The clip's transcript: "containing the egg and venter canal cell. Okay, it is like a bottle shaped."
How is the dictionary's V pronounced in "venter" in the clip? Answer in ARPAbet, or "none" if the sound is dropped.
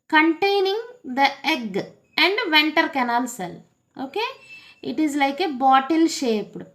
V